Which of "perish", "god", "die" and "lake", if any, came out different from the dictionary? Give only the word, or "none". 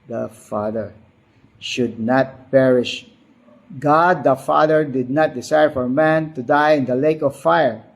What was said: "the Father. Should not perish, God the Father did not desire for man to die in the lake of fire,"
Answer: none